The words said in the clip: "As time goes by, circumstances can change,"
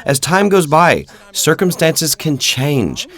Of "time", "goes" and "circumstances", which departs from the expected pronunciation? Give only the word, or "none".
none